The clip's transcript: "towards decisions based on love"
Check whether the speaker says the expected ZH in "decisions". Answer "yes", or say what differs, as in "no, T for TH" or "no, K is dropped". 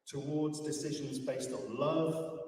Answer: yes